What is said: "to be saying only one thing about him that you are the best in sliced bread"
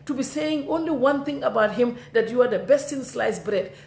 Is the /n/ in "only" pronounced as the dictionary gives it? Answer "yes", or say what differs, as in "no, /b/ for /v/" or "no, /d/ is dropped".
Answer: yes